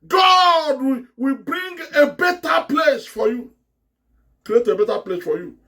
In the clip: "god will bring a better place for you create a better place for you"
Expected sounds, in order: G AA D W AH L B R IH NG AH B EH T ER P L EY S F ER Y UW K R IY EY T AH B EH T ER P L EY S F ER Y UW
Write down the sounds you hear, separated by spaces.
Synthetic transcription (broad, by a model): G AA D W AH W B R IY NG AH B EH T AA P L EY S F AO Y UW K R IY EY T AH B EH T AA P L EY S F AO Y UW